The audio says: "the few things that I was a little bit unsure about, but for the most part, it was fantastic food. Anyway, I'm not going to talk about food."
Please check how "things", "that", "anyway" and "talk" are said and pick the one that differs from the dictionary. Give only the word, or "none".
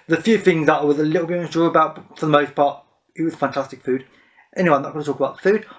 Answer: none